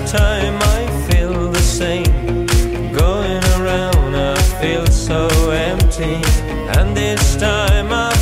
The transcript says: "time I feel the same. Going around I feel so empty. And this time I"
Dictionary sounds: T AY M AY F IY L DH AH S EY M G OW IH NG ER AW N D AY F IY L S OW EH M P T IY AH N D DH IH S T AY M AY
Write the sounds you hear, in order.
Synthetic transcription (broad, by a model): T AY M AY F IY L DH AH S EY M G OW IH NG ER AW N D AY F IY L S OW EH M P T IY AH N DH IH S T AY M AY